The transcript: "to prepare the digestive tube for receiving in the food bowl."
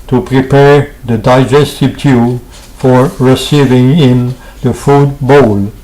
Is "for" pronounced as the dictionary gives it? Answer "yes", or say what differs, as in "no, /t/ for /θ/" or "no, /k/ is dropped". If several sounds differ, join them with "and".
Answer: yes